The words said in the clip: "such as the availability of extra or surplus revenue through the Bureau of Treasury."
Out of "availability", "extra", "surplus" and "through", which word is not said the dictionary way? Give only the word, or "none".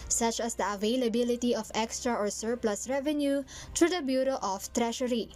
through